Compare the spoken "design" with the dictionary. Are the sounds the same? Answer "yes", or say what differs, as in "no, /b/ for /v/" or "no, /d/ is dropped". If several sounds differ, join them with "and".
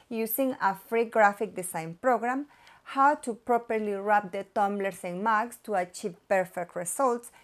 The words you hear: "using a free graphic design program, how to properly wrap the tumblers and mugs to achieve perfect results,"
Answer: no, /s/ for /z/